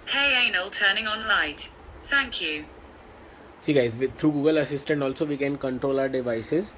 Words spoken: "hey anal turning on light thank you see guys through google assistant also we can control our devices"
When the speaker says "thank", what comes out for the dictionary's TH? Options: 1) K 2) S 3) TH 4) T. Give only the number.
3